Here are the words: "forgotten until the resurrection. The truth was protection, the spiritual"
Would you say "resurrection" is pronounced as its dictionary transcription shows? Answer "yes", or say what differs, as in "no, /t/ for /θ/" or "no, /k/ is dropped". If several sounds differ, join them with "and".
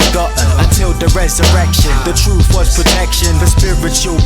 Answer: yes